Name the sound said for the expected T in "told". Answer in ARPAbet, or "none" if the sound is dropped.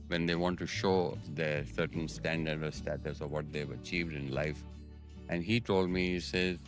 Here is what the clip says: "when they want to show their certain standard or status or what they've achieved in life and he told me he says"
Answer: T